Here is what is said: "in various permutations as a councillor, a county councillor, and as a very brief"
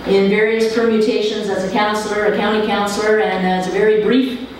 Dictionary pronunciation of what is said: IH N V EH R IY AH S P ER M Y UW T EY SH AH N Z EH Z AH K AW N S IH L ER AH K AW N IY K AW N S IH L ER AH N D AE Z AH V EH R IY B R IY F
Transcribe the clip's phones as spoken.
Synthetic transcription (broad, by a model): IH N V EH R IY AH S P ER M Y UW T EY SH AH N Z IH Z AH K AW N S L ER AH K AW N IY K AW N S L ER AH N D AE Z AH V EH R IY B R IY F